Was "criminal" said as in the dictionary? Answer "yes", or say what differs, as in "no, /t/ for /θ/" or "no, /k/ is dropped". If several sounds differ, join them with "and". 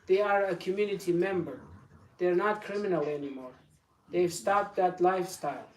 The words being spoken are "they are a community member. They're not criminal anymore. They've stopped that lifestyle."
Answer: yes